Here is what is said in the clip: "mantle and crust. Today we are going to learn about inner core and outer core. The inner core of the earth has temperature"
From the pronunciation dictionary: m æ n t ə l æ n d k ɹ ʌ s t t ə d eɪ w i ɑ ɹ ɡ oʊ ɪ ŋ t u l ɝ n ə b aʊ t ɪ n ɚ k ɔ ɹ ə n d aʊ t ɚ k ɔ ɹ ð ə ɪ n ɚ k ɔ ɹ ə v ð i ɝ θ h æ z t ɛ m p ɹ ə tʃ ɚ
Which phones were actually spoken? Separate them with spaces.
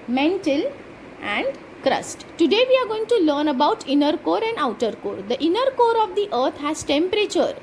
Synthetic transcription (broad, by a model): m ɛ n t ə l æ n d k ɹ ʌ s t t ə d eɪ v i ɑ ɹ ɡ oʊ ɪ ŋ t u l ɝ n ə b aʊ t ɪ n ɚ k ɔ ɹ ə n d aʊ t ɚ k ɔ ɹ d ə ɪ n ɚ k ɔ ɹ ə v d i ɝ t h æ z t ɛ m p ɹ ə tʃ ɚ